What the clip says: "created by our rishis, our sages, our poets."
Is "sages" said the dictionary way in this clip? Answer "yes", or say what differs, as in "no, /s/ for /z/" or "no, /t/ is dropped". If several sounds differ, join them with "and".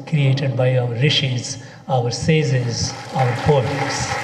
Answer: no, /z/ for /dʒ/